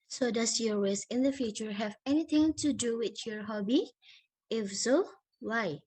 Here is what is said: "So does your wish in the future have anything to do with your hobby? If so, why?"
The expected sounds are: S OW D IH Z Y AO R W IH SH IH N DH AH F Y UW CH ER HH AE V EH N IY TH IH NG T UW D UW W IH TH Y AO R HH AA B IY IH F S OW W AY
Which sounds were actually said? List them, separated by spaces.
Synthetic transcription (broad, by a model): S OW D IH S Y AO R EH S IH N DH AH F Y UW CH ER HH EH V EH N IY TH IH NG T UW D UW W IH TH Y AO R HH AA B IY IH F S OW W AY